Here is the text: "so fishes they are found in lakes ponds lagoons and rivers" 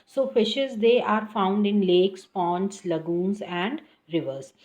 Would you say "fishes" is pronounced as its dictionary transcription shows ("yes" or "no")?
yes